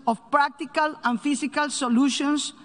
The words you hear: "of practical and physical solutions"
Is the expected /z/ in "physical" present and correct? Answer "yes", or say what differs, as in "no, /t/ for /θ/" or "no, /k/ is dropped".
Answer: no, /s/ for /z/